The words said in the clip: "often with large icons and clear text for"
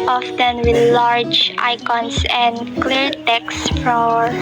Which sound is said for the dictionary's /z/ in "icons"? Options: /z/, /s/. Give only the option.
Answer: /s/